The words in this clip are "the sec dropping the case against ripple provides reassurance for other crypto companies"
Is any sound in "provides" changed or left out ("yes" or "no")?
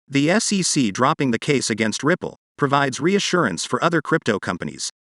no